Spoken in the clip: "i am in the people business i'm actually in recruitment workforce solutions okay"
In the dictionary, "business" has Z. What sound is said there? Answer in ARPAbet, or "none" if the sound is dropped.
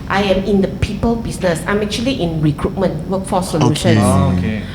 S